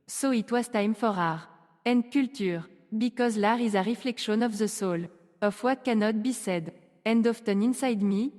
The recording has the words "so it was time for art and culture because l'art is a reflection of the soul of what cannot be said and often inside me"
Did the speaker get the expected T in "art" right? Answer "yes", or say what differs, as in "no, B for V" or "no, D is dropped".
no, T is dropped